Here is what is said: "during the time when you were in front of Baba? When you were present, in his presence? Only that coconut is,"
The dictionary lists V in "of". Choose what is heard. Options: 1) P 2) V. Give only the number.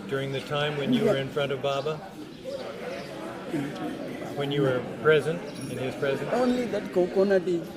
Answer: 2